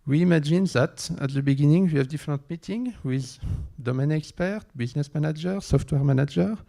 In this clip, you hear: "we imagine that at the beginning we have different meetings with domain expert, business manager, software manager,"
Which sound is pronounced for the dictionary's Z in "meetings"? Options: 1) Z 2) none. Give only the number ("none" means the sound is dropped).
2